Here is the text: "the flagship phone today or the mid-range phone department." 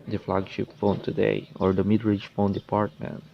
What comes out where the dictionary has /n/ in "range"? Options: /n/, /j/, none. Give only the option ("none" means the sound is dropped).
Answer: none